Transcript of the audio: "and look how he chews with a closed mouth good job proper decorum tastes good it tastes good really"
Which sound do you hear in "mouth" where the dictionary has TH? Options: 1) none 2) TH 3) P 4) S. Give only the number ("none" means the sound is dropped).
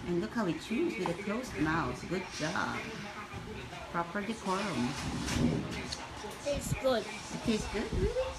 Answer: 4